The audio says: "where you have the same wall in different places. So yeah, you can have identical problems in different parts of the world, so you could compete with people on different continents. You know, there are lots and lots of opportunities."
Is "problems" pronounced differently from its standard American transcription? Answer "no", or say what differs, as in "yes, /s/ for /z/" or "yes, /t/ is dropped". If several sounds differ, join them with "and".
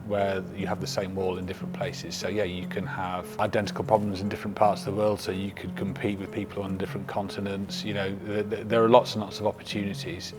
no